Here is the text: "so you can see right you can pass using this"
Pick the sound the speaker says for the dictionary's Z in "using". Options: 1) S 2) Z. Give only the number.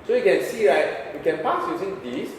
1